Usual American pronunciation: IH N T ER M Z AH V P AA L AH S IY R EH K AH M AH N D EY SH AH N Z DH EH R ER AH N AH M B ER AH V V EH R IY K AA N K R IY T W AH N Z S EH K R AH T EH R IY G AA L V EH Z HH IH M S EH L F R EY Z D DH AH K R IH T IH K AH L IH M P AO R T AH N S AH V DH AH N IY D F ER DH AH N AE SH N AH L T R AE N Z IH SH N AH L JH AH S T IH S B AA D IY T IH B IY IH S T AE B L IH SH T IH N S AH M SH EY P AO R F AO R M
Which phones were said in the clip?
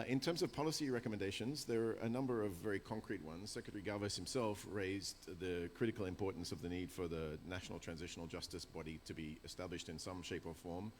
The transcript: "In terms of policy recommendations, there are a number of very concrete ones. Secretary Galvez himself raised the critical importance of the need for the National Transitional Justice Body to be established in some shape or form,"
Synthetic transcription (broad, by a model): IH N T ER M Z AH V P AA L AH S IY R EH K AH M AH N D EY SH AH N Z DH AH R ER AH N AH M B ER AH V V EH R IY K AA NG K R IY T W AH N Z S EH K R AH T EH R IY G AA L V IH S HH IH M S EH L F R EY Z DH AH K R IH T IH K L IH M P AO R T N S AH V DH AH N IY D F ER DH AH N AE SH N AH L T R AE N Z IH SH N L JH AH S T IH S B AA D IY T IH B IY IH S T AE B L IH SH T IH N S AH M SH EY P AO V F AO R M